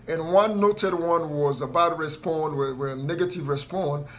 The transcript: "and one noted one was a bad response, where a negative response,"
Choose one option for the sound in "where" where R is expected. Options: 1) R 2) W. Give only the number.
2